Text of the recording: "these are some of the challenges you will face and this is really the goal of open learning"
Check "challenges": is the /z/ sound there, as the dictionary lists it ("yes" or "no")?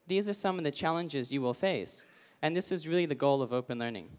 yes